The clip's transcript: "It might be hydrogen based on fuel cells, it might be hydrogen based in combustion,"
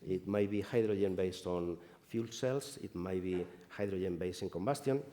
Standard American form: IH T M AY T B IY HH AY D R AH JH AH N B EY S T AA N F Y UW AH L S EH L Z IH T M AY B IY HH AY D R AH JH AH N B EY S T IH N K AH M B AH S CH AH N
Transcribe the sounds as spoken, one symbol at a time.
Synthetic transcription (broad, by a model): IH T M AY T B IY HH AY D R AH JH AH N B EY S T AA N F Y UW L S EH L S IH T M AY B IY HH AY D R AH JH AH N B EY S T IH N K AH M B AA S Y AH N